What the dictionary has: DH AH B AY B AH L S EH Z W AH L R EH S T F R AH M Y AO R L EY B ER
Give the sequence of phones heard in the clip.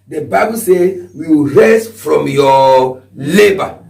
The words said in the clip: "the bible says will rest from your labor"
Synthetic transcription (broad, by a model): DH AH B AY B AH L S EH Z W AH W R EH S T F R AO M Y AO L EY B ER